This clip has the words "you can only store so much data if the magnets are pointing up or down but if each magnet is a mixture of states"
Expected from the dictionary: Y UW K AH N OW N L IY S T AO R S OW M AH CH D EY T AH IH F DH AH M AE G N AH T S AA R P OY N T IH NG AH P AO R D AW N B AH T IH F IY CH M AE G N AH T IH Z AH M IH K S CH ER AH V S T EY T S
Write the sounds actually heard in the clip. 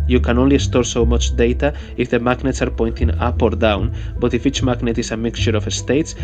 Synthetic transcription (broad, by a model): Y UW K AH N OW N L IY S T AO R S OW M AH CH D EY T AH IH F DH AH M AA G N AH T S AA R P OY N T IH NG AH P AO R D AW N B AH T IH F IY CH M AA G N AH T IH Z AH M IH K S CH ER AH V S T EY T S